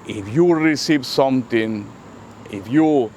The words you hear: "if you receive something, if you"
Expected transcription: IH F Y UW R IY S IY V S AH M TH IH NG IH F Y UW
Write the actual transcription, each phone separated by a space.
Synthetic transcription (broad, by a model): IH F Y UW R IY S IY V S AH M T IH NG IH F Y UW